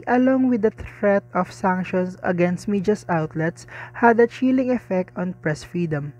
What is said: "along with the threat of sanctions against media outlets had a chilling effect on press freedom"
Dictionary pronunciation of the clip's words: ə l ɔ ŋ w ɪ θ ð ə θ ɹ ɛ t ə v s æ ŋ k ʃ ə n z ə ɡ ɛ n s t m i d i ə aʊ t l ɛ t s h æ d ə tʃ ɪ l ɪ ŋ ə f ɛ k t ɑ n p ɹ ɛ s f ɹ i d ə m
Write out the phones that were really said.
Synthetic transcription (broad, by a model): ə l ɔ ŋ w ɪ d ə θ ɹ ɛ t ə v s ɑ ŋ k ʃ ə n s ə ɡ ɛ n s t m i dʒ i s aʊ t l ɛ t s h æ d ə tʃ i l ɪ ŋ ə f ɛ k t ɑ n p ɹ ɛ s f ɹ i d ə m